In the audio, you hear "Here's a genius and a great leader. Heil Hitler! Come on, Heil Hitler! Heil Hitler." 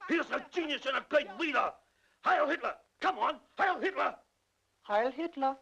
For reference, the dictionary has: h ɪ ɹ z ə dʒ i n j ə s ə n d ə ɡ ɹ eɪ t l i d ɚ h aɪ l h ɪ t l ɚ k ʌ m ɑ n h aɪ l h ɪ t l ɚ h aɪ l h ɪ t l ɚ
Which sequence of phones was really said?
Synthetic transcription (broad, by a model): h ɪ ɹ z ə dʒ i n j ə s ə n ə ɡ ɹ eɪ t w i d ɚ h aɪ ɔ h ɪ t l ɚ k ʌ m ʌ n h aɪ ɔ h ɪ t l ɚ h aɪ l h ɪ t l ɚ